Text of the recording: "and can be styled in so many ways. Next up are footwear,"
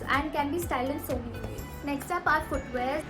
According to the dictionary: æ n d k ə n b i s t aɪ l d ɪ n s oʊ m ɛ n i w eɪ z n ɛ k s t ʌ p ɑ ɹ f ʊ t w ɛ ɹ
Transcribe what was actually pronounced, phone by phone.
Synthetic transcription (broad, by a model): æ n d k ə n b i s t aɪ l ɪ n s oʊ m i n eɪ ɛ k s t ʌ p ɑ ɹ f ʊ t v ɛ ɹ